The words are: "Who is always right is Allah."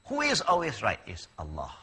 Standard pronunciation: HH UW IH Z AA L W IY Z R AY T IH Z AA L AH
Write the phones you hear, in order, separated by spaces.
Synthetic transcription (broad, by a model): HH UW IH Z AA L W IY Z R AY T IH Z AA L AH